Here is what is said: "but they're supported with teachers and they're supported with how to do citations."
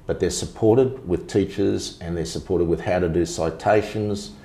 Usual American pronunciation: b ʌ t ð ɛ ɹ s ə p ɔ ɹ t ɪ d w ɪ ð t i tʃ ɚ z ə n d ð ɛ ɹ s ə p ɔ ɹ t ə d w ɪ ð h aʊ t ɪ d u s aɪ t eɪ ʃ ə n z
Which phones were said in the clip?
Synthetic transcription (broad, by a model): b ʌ t ð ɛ ɹ s ə p ɔ ɹ t ɪ d w ɪ ð t i tʃ ɚ z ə n ð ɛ ɹ s ə p ɔ ɹ t ə d w ɪ ð h aʊ t ɪ d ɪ s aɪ t eɪ ʃ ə n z